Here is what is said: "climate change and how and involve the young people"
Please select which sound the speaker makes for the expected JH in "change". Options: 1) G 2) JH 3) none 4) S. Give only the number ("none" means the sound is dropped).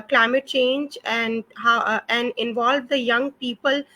2